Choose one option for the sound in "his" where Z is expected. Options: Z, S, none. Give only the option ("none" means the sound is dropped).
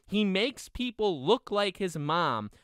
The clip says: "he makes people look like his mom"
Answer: Z